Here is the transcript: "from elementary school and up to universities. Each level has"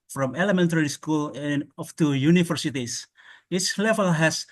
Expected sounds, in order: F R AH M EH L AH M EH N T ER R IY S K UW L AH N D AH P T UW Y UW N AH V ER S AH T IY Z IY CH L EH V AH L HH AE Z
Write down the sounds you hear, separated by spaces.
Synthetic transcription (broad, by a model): F R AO M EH L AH M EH N T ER R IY S K UW L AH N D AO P T UW Y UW N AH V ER S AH T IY S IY S L EH V AH L HH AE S